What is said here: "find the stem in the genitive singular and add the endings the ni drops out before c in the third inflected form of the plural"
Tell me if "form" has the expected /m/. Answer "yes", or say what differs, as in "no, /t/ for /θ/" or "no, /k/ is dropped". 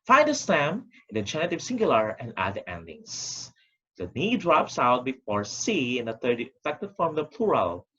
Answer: yes